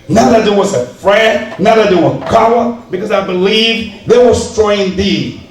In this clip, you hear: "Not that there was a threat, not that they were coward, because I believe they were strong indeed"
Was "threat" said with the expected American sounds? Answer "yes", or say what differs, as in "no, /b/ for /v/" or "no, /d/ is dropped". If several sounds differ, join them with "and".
no, /f/ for /θ/